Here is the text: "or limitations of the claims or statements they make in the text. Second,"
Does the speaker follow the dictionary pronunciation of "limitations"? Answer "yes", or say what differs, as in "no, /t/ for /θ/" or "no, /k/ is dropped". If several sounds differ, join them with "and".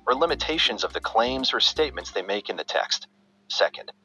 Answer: yes